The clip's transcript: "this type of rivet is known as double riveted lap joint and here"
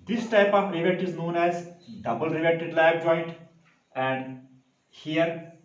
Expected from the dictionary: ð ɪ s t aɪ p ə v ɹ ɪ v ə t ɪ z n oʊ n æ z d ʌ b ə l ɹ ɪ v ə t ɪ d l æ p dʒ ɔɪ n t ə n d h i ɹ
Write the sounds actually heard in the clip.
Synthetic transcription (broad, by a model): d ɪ s t aɪ p ə v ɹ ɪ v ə t ɪ z n oʊ n æ z d ʌ b ə l ɹ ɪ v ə t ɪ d l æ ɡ dʒ ɔɪ n t ə n d h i ɹ